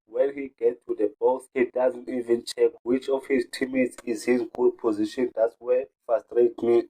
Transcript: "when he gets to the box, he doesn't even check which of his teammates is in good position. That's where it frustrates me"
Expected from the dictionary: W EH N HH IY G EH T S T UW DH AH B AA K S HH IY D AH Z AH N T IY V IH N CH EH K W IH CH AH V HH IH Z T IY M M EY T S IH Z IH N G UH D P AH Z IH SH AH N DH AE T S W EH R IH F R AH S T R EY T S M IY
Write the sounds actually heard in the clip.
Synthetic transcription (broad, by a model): W EH N HH IY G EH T T UW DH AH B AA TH HH IY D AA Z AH N T IY V IH N CH EH K W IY CH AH F HH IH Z T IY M M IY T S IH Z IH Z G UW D P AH Z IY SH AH N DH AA T S W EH F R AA S T R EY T M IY